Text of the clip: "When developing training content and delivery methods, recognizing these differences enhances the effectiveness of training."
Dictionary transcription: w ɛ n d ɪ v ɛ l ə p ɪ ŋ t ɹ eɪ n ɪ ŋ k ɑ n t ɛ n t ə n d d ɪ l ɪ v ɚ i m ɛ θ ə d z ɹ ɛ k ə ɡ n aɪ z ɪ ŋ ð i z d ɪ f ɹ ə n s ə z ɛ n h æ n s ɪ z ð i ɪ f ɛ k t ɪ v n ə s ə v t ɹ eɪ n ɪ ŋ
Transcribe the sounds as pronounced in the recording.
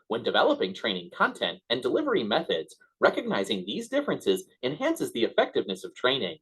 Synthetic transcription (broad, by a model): w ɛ n d ɪ v ɛ l ə p ɪ ŋ t ɹ eɪ n ɪ ŋ k ɑ n t ɛ n t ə n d d ɪ l ɪ v ɚ i m ɛ θ ə d z ɹ ɛ k ə ɡ n aɪ z ɪ ŋ ð i z d ɪ f ɹ ə n s ə z ɛ n h æ n s ɪ z ð i ɪ f ɛ k t ɪ v n ə s ə v t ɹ eɪ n ɪ ŋ